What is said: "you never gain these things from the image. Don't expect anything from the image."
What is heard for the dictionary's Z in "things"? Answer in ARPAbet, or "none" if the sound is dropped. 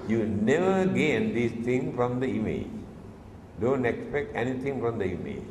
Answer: none